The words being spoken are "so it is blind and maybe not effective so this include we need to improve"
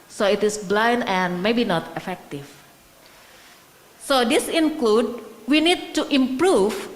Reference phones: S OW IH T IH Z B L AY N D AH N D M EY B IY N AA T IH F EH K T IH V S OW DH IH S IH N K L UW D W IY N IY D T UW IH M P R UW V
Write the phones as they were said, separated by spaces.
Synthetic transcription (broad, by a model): S OW IH T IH S B L AY N D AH N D M EY B IY N AA T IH F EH K T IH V S OW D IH S IH N K L UW D W IY N IY D T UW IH M P R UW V